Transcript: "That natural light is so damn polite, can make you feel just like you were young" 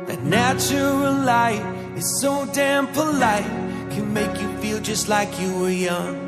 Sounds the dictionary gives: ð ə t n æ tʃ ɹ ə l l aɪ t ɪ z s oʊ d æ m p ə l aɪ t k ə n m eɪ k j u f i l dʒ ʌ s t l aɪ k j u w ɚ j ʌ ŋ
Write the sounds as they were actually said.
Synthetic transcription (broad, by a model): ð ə t n æ tʃ ə l l aɪ t ɪ z s oʊ d æ m p ə l aɪ t k ə n m eɪ k j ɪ f i l dʒ ʌ s t l aɪ k j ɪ w ɚ j ʌ ŋ